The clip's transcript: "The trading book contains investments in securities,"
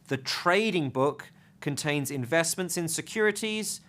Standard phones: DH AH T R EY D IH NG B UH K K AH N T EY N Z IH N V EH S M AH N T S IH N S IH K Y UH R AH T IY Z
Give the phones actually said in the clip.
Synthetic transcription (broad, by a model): DH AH T R EY D IH NG B UH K K AH N T EY N Z IH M V EH S M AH N T S IH N S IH K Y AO R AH T IY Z